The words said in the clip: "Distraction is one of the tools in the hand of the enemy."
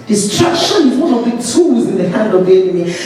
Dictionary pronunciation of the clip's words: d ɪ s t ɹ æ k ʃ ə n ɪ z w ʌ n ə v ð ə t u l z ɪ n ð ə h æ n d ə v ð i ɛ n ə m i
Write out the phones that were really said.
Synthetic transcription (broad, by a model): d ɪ s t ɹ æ k ʃ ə n ɪ z w ʌ n ə v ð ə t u z ɪ n ð ə h æ n d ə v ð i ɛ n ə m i